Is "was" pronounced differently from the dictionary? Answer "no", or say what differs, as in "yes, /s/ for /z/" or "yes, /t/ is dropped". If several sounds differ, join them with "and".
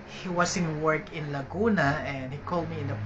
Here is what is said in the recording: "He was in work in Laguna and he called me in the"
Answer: yes, /s/ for /z/